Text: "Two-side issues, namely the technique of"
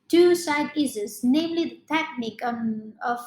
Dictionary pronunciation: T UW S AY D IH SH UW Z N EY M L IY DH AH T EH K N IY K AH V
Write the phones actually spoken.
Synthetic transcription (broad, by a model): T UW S AY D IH S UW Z N EY M L IY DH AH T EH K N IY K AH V